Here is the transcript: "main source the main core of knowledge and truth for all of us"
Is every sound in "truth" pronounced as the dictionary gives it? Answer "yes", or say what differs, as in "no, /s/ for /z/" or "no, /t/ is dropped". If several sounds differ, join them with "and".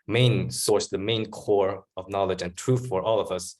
yes